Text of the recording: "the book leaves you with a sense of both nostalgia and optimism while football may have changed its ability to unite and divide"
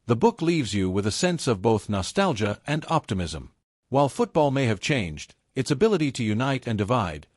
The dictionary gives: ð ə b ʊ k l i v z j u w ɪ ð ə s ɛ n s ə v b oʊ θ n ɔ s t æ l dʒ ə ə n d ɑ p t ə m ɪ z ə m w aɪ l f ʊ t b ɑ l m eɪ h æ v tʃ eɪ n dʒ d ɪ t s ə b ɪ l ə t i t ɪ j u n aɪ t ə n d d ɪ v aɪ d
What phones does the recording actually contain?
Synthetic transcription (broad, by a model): ð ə b ʊ k l i v z j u w ɪ ð ə s ɛ n s ə v b oʊ θ n ɔ s t æ l dʒ ə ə n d ɑ p t ə m ɪ z ə m w aɪ l f ʊ t b ɑ l m eɪ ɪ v tʃ eɪ n dʒ d ɪ t s ə b ɪ l ə t i t ɪ j u n aɪ t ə n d d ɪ v aɪ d